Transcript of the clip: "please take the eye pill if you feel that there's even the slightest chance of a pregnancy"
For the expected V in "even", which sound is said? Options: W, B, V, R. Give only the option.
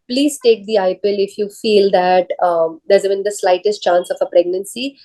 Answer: B